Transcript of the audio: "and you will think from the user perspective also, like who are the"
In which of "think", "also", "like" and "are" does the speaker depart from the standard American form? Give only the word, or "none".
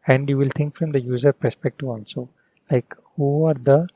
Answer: think